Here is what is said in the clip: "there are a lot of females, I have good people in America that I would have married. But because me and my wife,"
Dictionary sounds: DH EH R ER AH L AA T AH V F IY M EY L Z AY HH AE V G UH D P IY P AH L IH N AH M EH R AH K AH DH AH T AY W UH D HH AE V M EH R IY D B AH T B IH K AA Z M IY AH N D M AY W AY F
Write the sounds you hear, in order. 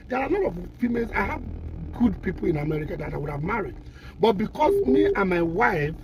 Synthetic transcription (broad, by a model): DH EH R AH N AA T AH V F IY M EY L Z AY HH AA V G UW D P IY P AH L IH N AH M EH R AH K AH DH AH T AY W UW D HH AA V M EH R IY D B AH T B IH K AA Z M IY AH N M AY W AY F